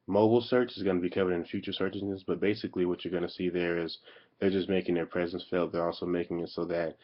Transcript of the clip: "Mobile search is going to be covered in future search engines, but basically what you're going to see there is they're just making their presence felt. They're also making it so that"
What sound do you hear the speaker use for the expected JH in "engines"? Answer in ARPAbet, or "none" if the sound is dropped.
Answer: none